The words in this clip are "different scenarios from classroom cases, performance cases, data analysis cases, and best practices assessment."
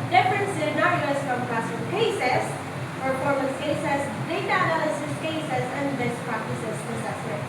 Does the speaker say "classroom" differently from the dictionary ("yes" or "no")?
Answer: yes